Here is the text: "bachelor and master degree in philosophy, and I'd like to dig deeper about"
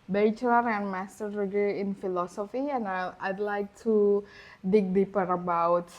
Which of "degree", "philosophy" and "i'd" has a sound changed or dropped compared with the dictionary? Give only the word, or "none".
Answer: degree